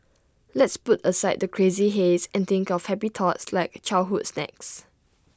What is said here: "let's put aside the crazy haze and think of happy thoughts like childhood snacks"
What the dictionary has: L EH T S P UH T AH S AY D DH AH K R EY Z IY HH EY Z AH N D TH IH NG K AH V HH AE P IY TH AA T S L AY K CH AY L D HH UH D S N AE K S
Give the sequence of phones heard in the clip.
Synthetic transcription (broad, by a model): L EH T S P UH T AH S AY D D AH K R EY Z IY HH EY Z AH N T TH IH NG K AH F HH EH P IY T AA T S L AY K CH AY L HH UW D S N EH K S